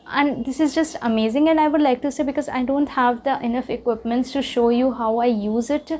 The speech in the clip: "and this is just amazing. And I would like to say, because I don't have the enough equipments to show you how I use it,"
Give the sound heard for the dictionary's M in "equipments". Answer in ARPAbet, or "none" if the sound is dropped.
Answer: M